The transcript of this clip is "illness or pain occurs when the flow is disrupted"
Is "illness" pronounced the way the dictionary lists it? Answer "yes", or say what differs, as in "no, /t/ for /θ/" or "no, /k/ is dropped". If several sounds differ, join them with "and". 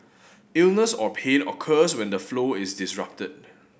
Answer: yes